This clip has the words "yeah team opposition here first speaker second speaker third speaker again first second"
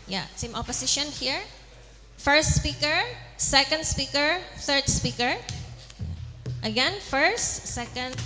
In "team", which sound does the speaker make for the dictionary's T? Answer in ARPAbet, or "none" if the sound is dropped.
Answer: S